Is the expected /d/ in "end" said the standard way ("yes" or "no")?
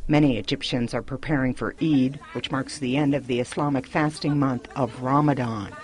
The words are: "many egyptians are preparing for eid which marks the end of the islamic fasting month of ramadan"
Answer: yes